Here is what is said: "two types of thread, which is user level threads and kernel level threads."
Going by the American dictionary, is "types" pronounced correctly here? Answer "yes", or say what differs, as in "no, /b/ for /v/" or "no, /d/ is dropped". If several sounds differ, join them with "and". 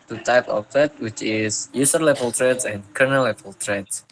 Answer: no, /s/ is dropped